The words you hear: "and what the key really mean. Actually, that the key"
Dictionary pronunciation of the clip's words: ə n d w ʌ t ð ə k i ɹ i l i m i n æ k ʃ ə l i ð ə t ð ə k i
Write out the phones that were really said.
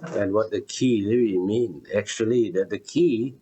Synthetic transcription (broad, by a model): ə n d w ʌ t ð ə k i l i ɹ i m i n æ k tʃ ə l i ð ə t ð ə k i